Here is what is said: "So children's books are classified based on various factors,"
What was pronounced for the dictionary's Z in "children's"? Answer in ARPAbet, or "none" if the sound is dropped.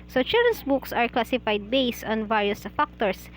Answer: S